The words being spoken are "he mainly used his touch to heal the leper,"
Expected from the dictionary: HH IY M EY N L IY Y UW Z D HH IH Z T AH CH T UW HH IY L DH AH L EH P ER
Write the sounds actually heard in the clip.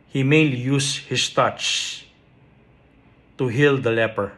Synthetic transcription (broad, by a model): HH IY M EY N L IY Y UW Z HH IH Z T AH CH T UW HH IY L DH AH L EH P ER